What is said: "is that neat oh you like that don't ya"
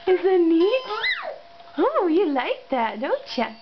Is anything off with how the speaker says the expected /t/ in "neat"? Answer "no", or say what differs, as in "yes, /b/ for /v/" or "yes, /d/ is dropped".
yes, /t/ is dropped